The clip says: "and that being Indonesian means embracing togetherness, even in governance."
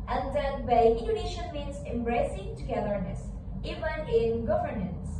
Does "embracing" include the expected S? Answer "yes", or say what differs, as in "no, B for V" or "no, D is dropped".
yes